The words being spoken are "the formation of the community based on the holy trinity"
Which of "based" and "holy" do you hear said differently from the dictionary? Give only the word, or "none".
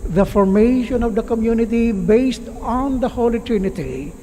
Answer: none